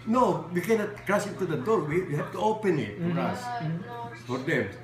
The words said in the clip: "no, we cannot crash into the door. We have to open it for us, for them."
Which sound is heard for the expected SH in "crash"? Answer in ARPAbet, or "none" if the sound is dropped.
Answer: S